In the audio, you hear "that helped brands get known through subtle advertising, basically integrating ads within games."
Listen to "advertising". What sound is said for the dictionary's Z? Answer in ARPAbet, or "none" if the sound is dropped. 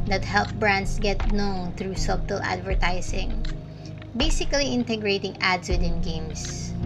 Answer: S